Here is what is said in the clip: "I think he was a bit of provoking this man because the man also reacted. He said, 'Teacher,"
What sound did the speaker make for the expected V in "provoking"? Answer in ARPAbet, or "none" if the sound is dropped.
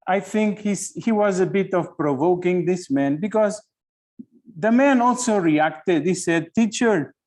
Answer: V